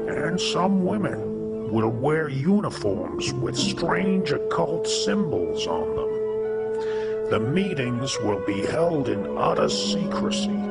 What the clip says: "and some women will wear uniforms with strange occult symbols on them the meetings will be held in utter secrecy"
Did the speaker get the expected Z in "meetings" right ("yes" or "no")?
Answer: yes